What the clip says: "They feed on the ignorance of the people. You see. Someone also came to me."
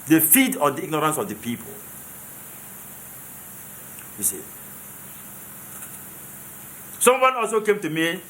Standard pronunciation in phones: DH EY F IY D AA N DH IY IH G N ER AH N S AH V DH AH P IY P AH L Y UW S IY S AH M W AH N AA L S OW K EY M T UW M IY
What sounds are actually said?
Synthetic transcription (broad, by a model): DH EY F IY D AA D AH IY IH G N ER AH N S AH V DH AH P IY P AH L Y UW S IY S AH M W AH N AA L S OW K EY M T UW M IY